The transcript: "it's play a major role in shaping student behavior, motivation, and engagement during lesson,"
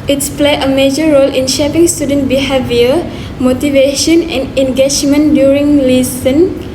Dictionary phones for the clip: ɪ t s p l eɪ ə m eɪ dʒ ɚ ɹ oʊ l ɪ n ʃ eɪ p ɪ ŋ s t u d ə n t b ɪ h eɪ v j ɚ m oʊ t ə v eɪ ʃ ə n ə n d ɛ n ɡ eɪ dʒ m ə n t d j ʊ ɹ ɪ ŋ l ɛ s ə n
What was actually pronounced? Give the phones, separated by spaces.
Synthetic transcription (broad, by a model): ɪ t s p l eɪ ə m eɪ dʒ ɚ ɹ oʊ l ɪ n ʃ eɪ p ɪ ŋ s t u d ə n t b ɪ h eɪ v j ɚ m oʊ t ə v eɪ ʃ ə n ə n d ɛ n ɡ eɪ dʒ m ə n d j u ɹ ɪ ŋ l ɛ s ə n